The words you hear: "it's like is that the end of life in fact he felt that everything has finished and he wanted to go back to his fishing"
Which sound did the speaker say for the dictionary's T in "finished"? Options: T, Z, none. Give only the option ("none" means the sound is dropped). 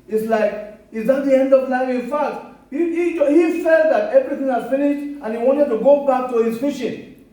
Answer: T